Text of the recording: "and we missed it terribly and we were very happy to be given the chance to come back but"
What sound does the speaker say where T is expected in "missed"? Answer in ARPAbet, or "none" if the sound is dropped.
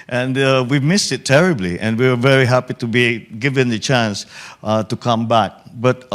T